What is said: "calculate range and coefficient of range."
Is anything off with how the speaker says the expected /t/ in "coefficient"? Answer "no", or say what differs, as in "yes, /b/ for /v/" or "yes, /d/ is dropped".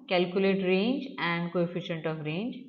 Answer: no